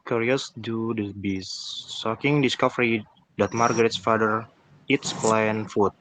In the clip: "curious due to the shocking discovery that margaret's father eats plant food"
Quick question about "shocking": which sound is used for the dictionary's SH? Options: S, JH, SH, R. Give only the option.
S